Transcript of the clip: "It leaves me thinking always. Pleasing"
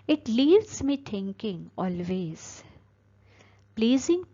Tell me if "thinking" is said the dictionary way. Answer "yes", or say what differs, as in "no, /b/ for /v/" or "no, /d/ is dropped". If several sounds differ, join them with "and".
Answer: no, /t/ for /θ/